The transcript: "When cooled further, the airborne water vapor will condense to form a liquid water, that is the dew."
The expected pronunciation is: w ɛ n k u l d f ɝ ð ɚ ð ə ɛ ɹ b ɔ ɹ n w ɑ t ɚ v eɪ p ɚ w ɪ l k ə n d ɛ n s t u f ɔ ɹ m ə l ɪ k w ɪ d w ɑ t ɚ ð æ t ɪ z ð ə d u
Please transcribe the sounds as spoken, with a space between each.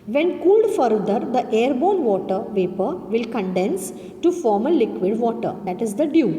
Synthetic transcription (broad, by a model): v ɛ n k u l d f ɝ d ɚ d ə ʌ ɹ b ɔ n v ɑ t ɚ v eɪ p ɚ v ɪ l k ə n d ɛ n s t u f ɔ ɹ m ə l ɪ k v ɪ d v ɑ t ɚ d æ t ɪ z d ə d u